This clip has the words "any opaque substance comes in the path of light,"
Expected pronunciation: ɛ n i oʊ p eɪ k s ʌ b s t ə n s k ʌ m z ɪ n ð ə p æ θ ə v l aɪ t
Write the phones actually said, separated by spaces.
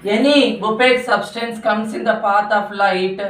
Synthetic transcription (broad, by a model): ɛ n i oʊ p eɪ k s ʌ b s t ə n s k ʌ m s ɪ n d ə p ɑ t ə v l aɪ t